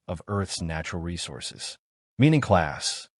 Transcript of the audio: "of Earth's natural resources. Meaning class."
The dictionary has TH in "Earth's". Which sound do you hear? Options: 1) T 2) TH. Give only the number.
2